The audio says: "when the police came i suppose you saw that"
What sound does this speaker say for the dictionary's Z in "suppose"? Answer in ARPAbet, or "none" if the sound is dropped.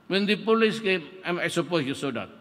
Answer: S